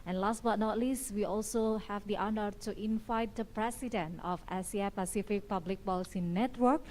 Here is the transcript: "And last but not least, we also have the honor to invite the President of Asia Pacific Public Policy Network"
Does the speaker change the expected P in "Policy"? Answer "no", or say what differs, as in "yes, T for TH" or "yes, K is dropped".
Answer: yes, B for P